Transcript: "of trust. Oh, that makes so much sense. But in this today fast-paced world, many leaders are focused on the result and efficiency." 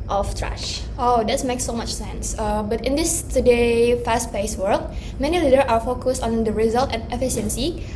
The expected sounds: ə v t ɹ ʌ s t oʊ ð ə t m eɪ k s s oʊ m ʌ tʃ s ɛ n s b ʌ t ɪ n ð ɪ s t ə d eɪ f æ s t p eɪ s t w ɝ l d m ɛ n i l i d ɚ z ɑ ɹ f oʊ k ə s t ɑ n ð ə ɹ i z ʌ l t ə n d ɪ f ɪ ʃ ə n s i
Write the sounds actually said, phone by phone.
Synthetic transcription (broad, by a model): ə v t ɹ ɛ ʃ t oʊ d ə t m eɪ k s s oʊ m ʌ tʃ s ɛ n s b ʌ t ɪ n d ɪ s t ə d eɪ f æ s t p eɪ s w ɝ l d m ɛ n i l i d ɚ s ɑ ɹ f oʊ k ə s t ɑ n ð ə ɹ i z ʌ l t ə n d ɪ f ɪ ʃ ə n s i